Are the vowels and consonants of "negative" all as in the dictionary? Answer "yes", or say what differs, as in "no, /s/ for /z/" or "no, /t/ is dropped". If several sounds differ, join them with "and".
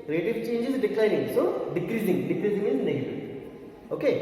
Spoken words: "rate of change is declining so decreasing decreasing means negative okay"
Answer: no, /v/ is dropped